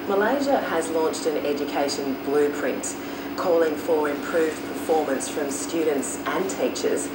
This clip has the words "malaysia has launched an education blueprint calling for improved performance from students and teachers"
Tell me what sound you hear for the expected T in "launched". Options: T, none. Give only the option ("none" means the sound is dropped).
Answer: T